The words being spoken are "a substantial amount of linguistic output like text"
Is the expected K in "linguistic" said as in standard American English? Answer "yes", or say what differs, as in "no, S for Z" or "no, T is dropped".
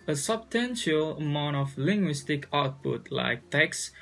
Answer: yes